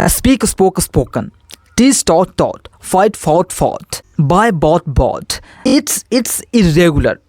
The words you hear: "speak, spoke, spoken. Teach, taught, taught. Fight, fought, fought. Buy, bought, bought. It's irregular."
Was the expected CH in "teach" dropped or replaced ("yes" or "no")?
yes